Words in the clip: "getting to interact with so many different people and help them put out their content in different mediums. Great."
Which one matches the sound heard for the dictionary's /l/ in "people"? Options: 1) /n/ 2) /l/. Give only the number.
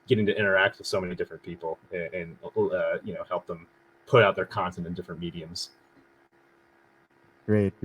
1